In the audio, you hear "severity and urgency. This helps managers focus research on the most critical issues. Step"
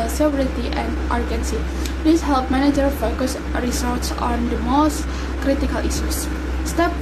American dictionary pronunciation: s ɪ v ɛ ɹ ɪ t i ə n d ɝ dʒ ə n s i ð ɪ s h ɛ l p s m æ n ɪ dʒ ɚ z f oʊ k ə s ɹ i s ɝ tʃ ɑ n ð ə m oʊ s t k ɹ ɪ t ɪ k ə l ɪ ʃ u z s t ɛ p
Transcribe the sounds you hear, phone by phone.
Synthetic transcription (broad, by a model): s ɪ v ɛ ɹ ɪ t i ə n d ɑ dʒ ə n s i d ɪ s h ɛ l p m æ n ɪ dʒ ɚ f oʊ k ə s ɹ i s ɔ s ɑ n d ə m oʊ s t k ɹ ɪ t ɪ k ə l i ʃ u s s t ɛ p